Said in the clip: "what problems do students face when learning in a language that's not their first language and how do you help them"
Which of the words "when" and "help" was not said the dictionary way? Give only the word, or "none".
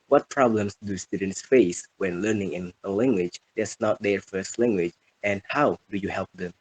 none